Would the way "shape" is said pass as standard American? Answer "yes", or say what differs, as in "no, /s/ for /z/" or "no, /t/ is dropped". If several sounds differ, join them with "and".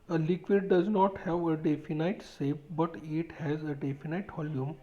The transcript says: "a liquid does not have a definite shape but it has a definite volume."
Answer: no, /s/ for /ʃ/